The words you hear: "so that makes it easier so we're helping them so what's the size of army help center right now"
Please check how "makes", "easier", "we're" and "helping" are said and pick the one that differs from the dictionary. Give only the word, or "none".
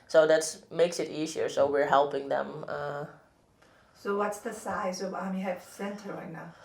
none